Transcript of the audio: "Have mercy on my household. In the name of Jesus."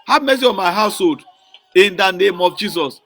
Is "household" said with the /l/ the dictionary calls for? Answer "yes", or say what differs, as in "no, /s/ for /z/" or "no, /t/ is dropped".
yes